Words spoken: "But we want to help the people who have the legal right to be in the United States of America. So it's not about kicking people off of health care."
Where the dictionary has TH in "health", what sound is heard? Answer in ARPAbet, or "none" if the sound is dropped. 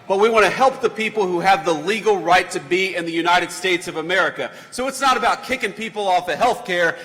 TH